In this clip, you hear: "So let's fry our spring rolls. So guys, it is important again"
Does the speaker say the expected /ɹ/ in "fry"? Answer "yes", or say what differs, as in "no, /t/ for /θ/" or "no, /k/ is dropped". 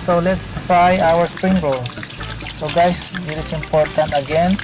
no, /ɹ/ is dropped